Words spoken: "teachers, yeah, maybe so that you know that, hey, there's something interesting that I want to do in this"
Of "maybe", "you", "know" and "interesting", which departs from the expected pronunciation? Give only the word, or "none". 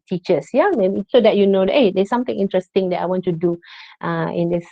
maybe